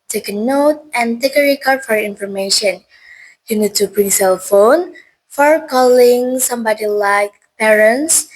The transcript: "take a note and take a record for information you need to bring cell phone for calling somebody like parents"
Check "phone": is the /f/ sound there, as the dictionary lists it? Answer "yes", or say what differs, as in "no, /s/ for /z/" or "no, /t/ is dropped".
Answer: yes